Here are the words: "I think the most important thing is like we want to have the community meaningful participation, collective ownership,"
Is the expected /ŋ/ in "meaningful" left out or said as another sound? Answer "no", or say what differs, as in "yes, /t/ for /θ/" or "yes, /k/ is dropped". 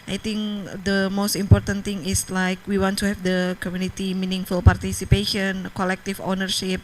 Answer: no